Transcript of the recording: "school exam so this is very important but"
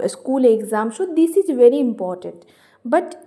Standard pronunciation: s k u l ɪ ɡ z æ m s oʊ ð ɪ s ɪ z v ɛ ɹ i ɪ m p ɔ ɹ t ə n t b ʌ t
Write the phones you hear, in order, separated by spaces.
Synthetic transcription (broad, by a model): s k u l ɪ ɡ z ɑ m ʃ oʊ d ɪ s ɪ z v ɛ ɹ i ɪ m p ɔ ɹ t ə n t b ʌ t